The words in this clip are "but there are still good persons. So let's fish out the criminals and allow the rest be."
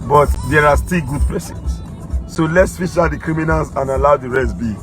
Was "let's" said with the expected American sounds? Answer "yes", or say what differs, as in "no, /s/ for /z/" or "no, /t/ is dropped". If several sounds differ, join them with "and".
yes